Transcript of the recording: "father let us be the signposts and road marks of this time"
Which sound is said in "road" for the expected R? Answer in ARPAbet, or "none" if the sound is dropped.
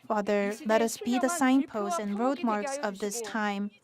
R